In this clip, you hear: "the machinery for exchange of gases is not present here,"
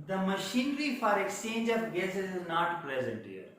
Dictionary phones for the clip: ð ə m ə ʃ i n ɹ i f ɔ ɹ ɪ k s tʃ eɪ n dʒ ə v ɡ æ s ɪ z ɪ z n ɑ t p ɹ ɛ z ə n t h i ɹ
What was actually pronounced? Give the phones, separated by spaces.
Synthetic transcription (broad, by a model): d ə m ə ʃ i n ɹ i f ɔ ɹ ɪ k s tʃ eɪ n dʒ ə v ɡ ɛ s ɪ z ɪ z n ɑ t p ɹ ɛ z ə n t h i ɹ